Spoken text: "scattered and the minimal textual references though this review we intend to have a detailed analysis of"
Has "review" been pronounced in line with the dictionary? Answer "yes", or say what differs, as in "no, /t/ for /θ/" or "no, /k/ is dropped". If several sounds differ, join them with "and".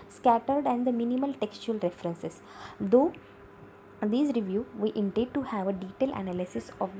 yes